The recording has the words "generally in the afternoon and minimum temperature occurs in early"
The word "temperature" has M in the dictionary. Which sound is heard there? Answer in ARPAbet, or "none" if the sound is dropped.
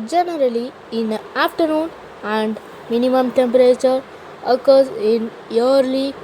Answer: M